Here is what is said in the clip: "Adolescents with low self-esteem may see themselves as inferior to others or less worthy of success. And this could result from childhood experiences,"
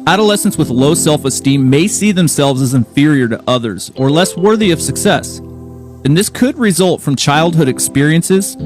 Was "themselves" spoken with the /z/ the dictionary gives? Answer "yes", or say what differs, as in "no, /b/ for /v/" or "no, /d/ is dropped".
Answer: yes